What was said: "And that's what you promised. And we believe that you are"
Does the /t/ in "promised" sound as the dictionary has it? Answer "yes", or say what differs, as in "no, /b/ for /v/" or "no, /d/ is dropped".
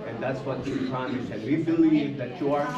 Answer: no, /t/ is dropped